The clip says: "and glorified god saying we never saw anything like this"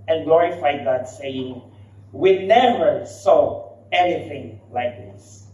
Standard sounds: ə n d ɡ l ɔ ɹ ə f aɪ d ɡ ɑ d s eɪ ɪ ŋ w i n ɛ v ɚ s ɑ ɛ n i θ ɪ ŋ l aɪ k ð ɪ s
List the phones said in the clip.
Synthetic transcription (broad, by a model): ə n ɡ l ɔ ɹ ə f aɪ d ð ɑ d s eɪ ɪ ŋ w i n ɛ v ɚ s ɑ ɛ n i θ ɪ ŋ l aɪ k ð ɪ s